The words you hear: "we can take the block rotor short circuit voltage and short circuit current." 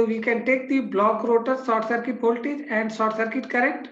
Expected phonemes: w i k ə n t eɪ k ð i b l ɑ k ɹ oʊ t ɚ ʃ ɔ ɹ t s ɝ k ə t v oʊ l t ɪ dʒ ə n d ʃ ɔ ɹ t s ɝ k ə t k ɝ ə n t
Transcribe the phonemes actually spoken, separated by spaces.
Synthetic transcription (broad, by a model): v i k ə n t eɪ k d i b l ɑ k ɹ oʊ t ɚ s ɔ t s ɝ k ə t p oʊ l t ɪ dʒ ə n d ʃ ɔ t s ɝ k ə t k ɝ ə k t